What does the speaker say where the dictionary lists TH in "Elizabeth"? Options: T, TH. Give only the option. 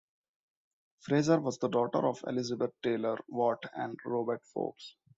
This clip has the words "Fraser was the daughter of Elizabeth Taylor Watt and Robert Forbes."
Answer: T